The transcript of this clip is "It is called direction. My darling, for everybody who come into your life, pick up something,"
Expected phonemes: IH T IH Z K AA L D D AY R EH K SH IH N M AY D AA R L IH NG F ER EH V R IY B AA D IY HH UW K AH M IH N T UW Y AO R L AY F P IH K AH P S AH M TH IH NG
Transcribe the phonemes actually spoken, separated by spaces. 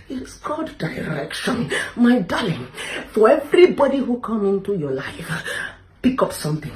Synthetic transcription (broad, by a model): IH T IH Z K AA D D AY R EH K SH IH N M AY D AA L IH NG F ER EH V R IY B AA D IY HH UW K AH M IH N T UW Y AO L AY F P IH K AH P S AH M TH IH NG